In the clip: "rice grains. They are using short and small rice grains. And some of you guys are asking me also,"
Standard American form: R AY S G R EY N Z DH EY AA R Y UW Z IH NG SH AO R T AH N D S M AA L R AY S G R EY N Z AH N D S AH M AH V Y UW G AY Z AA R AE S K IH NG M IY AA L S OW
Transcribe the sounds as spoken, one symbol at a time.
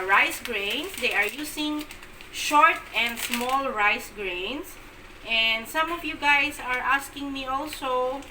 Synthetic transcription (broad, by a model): R AY S G R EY N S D EY AA R Y UW S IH NG SH AO R T AH N D S M AA L R AY S G R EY N S AH N D S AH M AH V Y UW G AY S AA R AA S K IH NG M IY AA L S OW